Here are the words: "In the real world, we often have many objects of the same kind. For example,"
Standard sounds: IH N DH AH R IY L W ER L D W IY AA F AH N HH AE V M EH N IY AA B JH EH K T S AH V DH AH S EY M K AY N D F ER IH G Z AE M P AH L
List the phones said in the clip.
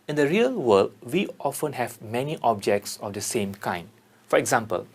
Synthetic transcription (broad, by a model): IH N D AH R IY L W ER L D W IY AA F AH N HH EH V M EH N IY AA B JH EH K T S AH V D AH S EY M K AY N D F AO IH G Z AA M P AH L